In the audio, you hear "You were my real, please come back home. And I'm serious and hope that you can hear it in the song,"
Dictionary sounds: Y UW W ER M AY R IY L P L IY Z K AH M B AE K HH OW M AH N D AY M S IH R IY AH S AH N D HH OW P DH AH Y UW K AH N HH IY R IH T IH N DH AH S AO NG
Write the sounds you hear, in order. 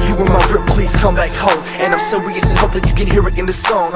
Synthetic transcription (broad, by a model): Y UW W ER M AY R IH P L IY Z K AH M B AE K HH OW M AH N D AY M S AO IY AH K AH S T HH OW P DH AH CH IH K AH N HH IY R IH T IH N DH AH S AO NG